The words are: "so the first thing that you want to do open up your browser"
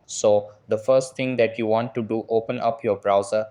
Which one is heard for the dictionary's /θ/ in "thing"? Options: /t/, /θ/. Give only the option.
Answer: /t/